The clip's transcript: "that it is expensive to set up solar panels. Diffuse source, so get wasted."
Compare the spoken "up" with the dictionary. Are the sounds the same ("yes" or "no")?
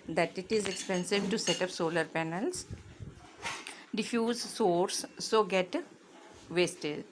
yes